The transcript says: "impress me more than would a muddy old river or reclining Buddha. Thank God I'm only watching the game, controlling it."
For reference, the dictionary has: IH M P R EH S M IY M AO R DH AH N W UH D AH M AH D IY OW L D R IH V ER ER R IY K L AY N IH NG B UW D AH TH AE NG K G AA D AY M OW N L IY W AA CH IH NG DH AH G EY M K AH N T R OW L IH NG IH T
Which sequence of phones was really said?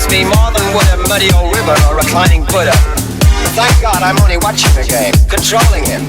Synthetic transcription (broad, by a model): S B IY M AO R DH AH N W UH D AH M AH D IY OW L R IH V ER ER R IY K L AY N IH NG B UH D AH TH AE NG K G AA D AY M OW N L IY W AA CH IH NG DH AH G EY M K AH N T R OW L IH NG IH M